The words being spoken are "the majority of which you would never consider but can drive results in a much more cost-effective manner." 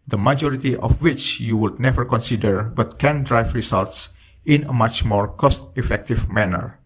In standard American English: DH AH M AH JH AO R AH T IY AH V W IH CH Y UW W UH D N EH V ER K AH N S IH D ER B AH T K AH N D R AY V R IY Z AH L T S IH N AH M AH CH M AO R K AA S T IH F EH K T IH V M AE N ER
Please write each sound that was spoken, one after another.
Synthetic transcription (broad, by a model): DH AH M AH JH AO R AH T IY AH F W IH CH Y UW W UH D N EH V ER K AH N S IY D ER B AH T K AH N D R AY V R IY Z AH L T S IH N AH M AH CH M AO R K AA S T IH F EH K T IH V M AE N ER